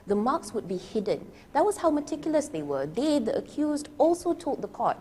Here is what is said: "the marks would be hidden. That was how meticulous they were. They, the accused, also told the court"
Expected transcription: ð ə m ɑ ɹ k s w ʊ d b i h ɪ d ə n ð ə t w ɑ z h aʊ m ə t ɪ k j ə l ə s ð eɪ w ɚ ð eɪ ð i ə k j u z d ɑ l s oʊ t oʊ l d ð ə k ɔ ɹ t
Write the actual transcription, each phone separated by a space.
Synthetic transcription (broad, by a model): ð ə m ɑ k s w ʊ d b i h ɪ d ə n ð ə t w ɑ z h aʊ m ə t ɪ k j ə l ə s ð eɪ w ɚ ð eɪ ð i ə k j u z d ɑ l s oʊ t oʊ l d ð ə k ɔ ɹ t